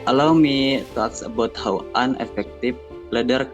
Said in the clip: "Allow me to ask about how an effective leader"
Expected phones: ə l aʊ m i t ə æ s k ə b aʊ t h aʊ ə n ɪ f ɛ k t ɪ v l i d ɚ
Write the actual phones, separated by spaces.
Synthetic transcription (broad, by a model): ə l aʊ m i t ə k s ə b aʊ t h aʊ ə n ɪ f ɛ k t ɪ f l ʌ d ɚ